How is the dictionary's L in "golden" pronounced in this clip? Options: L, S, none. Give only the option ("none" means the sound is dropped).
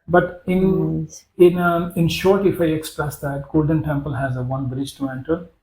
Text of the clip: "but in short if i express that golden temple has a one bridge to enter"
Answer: L